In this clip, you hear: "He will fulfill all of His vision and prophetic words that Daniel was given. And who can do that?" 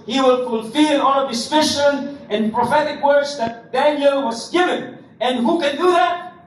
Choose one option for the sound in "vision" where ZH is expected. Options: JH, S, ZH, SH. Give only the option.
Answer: SH